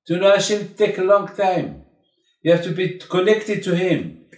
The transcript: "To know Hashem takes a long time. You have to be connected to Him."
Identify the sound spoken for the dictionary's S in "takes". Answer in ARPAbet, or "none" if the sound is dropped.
none